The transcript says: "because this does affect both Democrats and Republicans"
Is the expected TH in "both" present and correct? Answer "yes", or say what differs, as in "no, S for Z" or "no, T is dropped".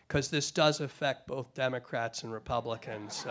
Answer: yes